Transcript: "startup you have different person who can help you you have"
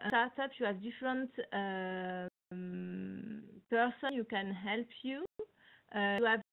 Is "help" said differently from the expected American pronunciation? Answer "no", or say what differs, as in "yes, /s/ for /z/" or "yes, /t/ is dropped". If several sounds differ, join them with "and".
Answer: no